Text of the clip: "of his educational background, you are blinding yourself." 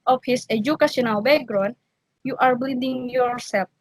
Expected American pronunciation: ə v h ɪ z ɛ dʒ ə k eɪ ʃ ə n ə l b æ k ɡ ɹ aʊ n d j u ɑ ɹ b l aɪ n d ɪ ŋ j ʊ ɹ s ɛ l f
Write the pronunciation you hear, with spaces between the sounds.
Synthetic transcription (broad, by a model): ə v h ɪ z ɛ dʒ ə k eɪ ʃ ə n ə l b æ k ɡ ɹ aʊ n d j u ɑ ɹ b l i d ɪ ŋ j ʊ ɹ s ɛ l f